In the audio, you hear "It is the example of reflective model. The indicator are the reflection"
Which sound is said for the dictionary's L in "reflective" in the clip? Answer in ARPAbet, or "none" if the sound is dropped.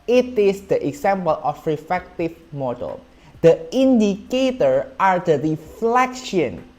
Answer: none